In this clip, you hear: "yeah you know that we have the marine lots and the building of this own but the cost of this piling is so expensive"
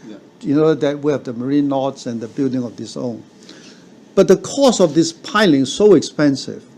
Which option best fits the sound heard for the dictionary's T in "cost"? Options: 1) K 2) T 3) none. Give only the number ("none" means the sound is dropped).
3